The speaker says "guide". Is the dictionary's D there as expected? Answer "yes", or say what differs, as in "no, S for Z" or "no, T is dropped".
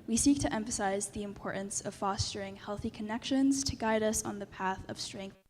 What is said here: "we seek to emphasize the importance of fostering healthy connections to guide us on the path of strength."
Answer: yes